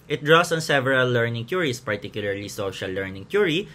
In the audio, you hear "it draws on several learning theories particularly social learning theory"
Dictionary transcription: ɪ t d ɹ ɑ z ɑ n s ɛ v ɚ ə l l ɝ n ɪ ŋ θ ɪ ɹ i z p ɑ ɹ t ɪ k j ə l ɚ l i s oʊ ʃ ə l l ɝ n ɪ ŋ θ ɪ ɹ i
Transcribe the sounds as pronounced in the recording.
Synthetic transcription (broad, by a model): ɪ t d ɹ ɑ s ɑ n s ɛ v ɚ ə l l ɝ n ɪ ŋ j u ɹ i s p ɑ ɹ t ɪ k j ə l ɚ l i s oʊ ʃ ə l l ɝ n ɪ ŋ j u ɹ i